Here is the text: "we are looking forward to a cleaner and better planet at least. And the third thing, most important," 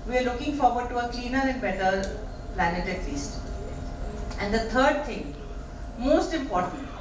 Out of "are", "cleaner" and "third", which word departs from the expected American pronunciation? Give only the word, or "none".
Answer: third